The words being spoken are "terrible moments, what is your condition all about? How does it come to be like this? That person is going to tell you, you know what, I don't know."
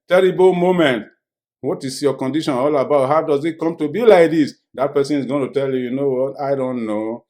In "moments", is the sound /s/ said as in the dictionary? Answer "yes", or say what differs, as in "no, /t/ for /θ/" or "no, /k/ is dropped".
no, /s/ is dropped